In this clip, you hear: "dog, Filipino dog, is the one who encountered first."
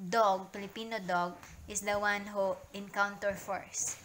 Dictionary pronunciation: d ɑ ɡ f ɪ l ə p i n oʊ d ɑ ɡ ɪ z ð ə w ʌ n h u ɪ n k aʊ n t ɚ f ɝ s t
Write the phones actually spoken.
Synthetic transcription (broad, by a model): d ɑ ɡ p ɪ l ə p i n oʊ d ɑ ɡ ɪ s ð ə w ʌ n h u ɪ n k aʊ n t ɚ f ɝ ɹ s